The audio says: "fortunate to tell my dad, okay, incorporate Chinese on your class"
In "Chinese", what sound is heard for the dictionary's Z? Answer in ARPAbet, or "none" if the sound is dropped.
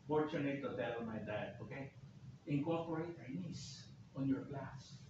S